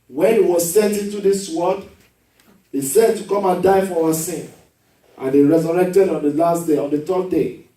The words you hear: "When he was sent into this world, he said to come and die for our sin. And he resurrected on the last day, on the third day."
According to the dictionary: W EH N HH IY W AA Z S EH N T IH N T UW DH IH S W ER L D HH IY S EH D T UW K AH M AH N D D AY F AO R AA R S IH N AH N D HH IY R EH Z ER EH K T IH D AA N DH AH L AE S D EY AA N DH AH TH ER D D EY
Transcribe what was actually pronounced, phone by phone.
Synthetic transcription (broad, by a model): W EH N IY W AA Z S EH N T IH N T UW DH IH S W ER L D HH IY S EH D T UW K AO M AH N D D AY F AO W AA S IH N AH N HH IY R EH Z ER EH K T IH D AA N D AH L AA S D EY AA N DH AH T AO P D EY